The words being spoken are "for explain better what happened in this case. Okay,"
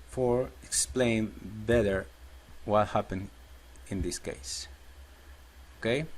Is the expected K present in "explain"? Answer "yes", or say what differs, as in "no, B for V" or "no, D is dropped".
yes